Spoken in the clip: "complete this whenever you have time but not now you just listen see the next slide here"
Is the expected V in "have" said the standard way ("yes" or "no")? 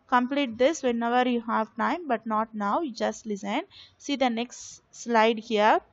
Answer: yes